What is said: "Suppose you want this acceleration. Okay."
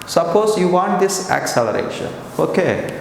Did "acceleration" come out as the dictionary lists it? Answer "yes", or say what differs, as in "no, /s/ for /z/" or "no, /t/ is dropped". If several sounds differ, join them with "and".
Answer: yes